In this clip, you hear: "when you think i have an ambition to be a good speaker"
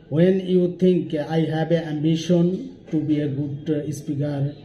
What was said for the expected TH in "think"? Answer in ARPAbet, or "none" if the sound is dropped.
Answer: T